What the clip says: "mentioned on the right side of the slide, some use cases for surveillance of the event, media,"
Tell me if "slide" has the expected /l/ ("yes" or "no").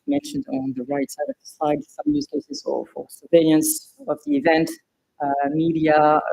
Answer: no